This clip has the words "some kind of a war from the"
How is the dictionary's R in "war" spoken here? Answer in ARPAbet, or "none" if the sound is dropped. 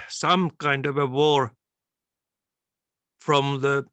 R